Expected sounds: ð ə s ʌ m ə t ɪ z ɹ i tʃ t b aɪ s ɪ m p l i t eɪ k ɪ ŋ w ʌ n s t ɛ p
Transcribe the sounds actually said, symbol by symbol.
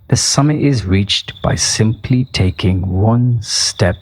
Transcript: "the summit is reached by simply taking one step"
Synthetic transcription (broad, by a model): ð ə s ʌ m ə t ɪ z ɹ i tʃ t b aɪ s ɪ m p l i t eɪ k ɪ ŋ w ʌ n s t ɛ p